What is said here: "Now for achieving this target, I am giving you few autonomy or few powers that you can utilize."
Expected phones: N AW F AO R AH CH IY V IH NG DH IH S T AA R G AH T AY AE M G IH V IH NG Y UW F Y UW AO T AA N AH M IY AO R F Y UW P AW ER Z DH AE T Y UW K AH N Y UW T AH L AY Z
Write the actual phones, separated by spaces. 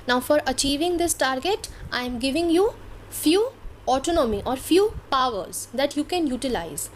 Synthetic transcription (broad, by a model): N AW F AO R AH CH IY V IH NG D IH S T AA R G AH T AY M G IH V IH NG Y UW F Y UW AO T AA N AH M IY AO R F Y UW P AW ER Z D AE T Y UW K AH N Y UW T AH L AY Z